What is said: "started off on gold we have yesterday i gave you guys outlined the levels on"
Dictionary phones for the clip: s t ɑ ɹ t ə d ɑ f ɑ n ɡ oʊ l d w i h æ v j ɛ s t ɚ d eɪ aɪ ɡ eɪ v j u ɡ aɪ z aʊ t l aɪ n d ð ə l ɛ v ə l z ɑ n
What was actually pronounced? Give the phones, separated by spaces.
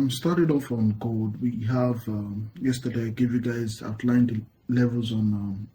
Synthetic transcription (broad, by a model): s t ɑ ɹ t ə d ɑ f ɑ n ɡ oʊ l d w i h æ v j ɛ s t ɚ d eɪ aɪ ɡ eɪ v j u ɡ aɪ z aʊ t l aɪ n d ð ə l ɛ v ə l z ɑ n